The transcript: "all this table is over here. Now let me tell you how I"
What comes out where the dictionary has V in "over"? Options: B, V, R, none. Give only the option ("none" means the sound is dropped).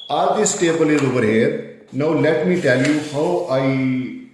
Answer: B